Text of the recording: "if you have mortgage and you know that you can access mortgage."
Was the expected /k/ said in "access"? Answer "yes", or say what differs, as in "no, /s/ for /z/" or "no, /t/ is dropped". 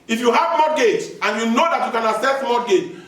no, /k/ is dropped